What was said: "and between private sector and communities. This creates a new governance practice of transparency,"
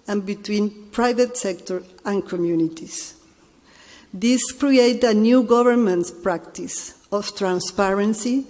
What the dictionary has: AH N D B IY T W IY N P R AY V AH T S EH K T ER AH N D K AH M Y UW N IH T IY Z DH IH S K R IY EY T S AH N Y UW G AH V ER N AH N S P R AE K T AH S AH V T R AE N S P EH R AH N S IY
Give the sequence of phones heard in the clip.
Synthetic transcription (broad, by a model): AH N B IY T W IY N P R AY V AH T S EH K T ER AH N K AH M Y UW N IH T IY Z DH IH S K R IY EY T AH N Y UW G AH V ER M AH N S P R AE K T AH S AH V T R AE N S P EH R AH N S IY